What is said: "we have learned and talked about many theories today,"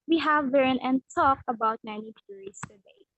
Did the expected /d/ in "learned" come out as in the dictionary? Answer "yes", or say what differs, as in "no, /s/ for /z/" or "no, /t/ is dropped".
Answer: no, /d/ is dropped